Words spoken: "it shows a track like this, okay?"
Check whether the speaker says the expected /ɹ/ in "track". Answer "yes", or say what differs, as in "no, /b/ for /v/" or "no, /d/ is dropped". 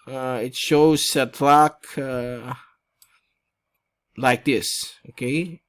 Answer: no, /l/ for /ɹ/